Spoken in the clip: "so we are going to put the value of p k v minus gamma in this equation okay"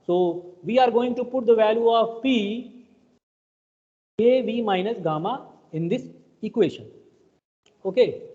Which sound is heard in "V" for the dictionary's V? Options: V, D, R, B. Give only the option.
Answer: V